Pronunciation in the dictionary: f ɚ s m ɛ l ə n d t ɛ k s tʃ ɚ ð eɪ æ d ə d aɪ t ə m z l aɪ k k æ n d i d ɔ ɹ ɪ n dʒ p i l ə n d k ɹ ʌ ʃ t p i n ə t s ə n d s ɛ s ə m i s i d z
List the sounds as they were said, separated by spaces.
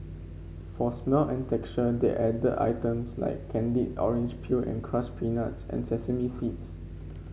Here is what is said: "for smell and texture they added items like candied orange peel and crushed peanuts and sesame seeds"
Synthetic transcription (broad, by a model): f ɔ s m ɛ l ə n t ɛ k tʃ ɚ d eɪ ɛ d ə aɪ t ə m s l aɪ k k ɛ n d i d ɔ ɹ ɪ n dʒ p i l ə n k ɹ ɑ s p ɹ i n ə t s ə n s ɛ s ə m i s i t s